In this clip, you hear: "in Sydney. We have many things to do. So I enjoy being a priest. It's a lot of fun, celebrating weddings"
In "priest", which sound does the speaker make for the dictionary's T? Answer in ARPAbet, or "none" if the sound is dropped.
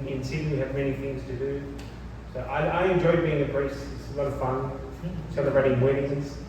none